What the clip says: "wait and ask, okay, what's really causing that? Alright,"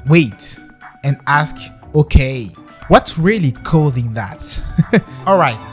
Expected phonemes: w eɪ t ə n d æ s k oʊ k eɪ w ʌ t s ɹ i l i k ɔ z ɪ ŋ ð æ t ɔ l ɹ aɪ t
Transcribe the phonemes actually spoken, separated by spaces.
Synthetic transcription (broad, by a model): w eɪ t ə n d æ s k oʊ k eɪ w ʌ t s ɹ i l i k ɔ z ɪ ŋ ð æ t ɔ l ɹ aɪ t